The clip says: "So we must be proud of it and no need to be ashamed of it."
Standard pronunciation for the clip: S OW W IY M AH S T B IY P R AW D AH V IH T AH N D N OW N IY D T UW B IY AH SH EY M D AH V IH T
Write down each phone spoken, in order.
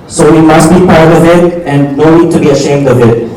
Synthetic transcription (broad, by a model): S OW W IY M AH S T B IY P AW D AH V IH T AH N D N OW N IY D T UW B IY AH SH EY M D AH V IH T